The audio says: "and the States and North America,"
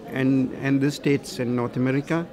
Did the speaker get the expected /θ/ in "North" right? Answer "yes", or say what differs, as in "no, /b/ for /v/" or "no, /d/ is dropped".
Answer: no, /t/ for /θ/